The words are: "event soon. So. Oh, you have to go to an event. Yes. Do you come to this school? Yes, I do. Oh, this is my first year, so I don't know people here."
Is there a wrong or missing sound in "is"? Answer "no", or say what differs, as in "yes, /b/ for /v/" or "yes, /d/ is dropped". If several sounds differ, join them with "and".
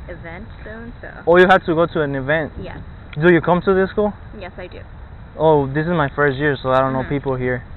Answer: no